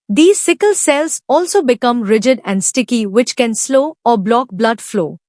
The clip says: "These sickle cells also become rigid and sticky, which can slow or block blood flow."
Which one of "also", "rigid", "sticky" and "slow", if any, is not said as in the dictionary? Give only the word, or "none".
none